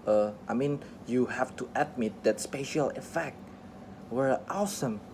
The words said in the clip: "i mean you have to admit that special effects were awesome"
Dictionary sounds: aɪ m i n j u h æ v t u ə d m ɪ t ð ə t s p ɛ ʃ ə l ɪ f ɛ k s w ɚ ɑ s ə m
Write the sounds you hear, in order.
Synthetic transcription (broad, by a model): aɪ m i n j u h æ f t u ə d m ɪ t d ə t s p ɛ ʃ ə l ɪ f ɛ k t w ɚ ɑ s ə m